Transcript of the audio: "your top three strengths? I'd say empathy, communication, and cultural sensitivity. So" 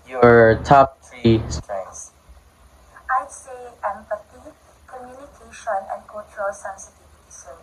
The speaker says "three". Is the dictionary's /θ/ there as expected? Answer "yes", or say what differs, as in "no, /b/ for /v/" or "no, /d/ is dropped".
no, /t/ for /θ/